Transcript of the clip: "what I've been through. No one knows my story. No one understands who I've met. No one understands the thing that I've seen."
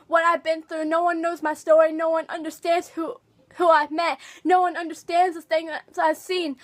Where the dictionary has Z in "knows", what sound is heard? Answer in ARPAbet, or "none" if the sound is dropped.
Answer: Z